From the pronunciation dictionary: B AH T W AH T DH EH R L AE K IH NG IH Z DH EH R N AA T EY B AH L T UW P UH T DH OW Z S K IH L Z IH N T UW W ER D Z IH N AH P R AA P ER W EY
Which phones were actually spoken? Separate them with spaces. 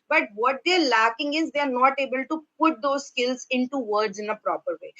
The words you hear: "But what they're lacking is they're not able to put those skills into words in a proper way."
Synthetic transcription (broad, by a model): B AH T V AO T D EH R L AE K IH NG IH Z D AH R N AA T EY B AH L T UW P UH T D OW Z S K IH L Z IH N T UW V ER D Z IH N AH P R AA P ER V EY